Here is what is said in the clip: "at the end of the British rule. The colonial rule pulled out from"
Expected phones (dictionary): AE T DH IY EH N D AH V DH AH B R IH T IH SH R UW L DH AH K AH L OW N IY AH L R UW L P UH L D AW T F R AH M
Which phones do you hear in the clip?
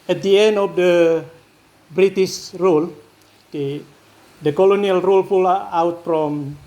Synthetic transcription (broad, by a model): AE T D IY EH N D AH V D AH B R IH T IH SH R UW L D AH K AH L OW N IY AH L R UW L F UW L AW T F R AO M